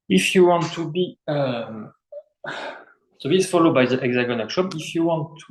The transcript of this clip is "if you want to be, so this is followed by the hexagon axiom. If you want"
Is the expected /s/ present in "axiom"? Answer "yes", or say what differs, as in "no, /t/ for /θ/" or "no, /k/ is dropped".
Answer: no, /ʃ/ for /s/